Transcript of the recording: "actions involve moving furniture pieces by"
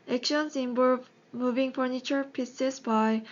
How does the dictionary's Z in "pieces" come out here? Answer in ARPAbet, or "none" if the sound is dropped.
S